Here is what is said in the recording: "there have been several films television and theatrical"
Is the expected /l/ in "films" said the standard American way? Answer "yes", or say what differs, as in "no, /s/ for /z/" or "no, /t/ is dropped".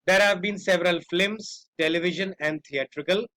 no, /l/ is dropped